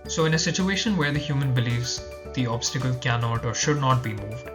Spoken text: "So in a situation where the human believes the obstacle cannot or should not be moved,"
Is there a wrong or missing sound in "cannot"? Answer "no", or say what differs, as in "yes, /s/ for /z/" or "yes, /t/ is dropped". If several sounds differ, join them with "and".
no